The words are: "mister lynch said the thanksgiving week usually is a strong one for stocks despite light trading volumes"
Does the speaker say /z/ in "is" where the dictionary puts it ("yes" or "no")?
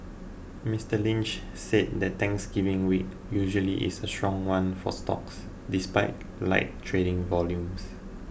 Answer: no